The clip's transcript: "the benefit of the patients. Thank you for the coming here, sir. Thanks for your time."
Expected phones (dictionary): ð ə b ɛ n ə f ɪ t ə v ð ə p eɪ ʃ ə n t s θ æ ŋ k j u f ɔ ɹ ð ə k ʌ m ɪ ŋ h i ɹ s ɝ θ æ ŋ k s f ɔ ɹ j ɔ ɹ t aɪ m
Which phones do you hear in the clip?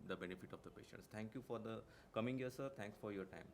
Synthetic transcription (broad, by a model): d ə b ɛ n ə f ɪ t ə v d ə p eɪ ʃ ə n t s t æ ŋ k j u f ɔ ɹ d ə k ʌ m ɪ ŋ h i ɹ s ɝ t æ ŋ k s f ɔ ɹ j ɔ ɹ t aɪ m